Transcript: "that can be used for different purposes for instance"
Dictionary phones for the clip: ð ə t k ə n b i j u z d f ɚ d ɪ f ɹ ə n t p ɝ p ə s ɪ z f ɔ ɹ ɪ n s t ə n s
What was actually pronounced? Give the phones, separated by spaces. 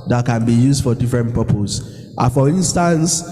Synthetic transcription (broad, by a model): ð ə t k ə n b i j u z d f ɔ d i f ɹ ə n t p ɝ p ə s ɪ f ɔ ɹ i n s t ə n s